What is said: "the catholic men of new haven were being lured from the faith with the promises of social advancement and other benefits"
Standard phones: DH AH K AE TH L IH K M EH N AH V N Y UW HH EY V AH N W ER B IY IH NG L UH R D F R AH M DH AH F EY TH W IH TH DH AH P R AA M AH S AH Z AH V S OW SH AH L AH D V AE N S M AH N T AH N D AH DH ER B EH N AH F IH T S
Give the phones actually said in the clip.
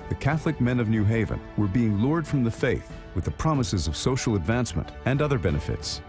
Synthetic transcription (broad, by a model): DH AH K AE TH L IH K M EH N AH V N Y UW HH EY V AH N W ER B IY IH NG L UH R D F R AH M DH AH F EY TH W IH DH AH P R AA M AH S AH Z AH V S OW SH L AH D V AE N S M AH N T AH N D AH DH ER B EH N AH F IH T S